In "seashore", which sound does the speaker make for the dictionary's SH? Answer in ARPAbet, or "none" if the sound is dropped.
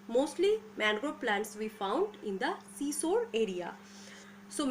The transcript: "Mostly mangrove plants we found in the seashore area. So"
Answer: S